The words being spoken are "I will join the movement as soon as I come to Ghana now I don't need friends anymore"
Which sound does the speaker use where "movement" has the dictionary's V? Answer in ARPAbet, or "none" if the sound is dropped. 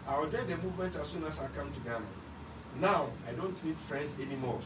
V